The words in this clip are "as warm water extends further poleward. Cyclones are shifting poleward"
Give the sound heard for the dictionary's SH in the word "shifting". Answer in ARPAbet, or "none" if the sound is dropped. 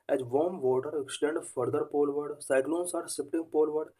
S